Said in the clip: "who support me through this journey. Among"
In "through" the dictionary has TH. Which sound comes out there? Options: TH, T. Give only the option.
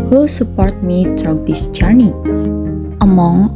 T